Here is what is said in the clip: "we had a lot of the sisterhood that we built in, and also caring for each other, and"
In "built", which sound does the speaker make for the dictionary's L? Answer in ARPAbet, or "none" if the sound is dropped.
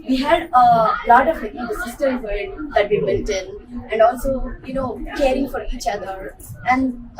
N